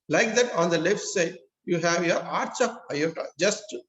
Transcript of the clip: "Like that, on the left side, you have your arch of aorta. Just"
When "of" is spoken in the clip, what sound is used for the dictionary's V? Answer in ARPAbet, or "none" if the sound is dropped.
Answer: P